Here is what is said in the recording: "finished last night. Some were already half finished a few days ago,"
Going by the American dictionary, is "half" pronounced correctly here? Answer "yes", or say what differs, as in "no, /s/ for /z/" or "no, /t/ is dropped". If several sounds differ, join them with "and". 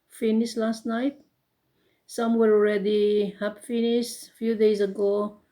no, /p/ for /f/